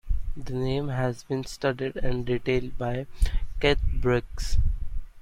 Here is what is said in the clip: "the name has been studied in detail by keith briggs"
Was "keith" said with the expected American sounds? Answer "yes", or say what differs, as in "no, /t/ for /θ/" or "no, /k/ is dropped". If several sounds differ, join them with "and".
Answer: no, /t/ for /θ/